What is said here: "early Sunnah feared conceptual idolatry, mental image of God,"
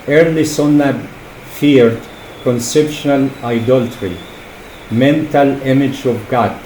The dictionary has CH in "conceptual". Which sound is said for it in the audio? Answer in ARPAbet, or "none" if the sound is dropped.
SH